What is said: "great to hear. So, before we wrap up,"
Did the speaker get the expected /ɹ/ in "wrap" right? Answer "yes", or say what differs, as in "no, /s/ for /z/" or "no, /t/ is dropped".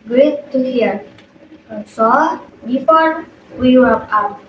no, /w/ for /ɹ/